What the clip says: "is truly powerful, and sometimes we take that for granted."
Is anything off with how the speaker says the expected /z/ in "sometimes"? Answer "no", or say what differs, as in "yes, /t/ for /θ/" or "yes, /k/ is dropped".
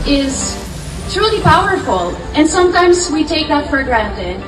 no